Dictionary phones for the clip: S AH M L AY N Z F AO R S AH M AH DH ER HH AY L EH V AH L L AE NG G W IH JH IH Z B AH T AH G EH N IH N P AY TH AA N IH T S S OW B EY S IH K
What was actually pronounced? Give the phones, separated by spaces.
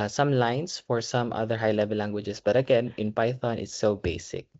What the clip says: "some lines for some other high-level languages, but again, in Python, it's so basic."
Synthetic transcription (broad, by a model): S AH M L AY N S F AO R S AH M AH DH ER HH AY L EH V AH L L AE NG G W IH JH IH S B AH T AH G EH N IH N P AY TH AA N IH T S S OW B EY S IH K